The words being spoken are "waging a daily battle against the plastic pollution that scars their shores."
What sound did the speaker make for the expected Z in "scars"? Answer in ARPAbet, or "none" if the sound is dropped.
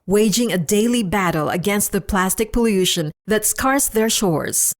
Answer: S